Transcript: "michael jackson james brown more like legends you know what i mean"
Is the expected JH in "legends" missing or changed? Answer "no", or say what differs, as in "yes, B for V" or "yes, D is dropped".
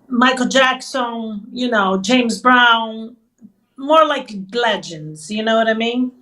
no